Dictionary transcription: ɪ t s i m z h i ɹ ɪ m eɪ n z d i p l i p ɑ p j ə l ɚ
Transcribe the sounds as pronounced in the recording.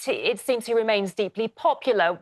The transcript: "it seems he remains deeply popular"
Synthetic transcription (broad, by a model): ɪ t s i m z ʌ ɹ ɪ m eɪ n z d i p l i p ɑ p j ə l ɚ